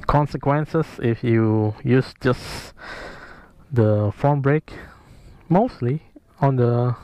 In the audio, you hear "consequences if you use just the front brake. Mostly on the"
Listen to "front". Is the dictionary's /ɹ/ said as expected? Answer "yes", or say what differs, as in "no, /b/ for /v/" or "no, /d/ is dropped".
no, /ɹ/ is dropped